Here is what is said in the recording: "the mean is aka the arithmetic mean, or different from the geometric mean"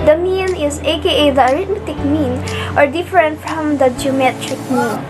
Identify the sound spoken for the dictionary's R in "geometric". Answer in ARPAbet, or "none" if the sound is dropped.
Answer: R